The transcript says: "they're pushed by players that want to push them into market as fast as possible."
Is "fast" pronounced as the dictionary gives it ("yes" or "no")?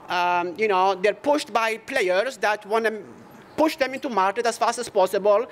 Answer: yes